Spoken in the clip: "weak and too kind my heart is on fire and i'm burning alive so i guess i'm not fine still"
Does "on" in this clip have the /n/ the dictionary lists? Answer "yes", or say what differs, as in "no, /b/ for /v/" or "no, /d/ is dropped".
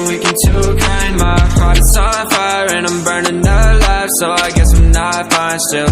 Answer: no, /l/ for /n/